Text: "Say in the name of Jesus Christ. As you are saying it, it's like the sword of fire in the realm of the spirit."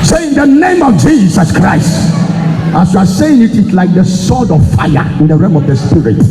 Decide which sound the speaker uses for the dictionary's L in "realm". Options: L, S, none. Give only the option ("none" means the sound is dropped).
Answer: none